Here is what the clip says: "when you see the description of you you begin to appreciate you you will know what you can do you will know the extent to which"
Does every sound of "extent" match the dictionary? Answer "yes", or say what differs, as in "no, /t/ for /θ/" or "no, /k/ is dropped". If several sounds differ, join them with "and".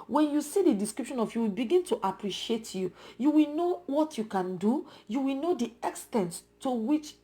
yes